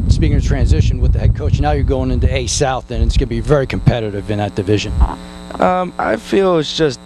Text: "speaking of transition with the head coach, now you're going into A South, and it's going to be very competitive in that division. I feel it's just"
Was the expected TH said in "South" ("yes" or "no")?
yes